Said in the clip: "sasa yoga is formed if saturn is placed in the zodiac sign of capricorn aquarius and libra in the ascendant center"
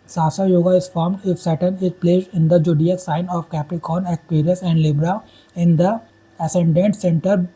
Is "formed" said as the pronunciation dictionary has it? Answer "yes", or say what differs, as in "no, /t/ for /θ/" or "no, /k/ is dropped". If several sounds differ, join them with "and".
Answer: yes